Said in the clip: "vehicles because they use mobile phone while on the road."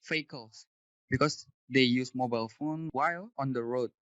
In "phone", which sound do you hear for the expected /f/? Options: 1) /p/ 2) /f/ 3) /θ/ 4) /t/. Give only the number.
2